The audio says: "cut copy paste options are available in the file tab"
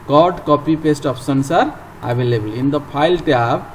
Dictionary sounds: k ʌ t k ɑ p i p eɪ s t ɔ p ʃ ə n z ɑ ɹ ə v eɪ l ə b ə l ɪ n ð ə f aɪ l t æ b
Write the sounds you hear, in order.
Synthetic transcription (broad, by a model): k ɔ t k ɑ p i p eɪ s t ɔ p s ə n s ɑ ɹ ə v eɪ l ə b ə l ɪ n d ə p aɪ l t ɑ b